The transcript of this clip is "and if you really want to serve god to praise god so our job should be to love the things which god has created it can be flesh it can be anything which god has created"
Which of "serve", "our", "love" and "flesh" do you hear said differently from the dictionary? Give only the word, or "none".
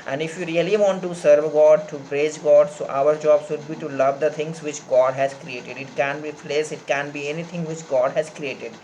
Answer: flesh